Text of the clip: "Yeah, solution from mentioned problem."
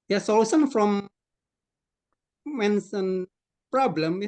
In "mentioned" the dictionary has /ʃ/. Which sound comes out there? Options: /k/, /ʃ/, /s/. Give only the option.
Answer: /s/